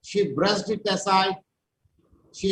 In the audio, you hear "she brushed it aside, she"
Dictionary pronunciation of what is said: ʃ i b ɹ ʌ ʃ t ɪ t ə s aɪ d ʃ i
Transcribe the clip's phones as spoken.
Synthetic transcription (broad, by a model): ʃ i b ɹ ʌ s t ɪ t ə s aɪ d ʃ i